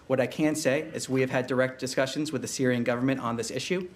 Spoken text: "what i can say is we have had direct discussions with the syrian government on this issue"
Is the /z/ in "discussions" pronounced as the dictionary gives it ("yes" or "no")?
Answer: yes